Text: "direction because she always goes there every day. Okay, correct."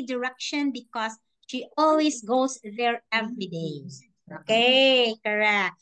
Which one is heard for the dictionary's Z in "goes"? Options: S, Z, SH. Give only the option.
S